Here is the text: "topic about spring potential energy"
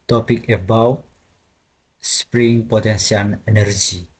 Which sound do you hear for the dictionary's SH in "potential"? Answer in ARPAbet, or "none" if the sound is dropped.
S